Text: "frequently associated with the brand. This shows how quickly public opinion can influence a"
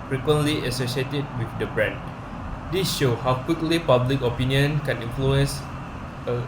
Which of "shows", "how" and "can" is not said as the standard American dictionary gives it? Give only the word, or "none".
shows